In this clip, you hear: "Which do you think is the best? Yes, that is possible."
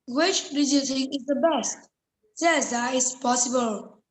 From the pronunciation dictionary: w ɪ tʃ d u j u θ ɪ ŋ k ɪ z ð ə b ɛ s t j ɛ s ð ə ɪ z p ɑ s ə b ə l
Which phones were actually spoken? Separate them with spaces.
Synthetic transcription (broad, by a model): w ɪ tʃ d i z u t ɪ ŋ ɪ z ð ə b ɛ s t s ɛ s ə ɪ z p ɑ s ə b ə l